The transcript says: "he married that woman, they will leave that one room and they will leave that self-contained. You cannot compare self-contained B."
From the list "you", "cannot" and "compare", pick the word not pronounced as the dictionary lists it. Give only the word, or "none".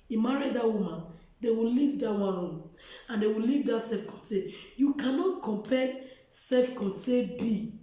compare